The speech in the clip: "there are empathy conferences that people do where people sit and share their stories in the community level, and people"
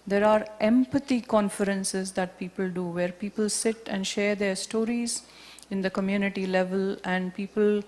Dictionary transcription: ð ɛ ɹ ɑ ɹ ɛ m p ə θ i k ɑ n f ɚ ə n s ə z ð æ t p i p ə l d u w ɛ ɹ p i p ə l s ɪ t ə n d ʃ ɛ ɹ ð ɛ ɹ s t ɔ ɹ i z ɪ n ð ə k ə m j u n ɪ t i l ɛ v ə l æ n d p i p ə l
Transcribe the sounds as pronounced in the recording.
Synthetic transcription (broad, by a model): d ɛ ɹ ɑ ɹ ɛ m p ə t i k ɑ n f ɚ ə n s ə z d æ t p i p ə l d u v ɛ ɹ p i p ə l s ɪ t ə n d ʃ ɛ ɹ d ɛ ɹ s t ɔ ɹ i z ɪ n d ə k ə m j u n ɪ t i l ɛ v ə l æ n d p i p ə l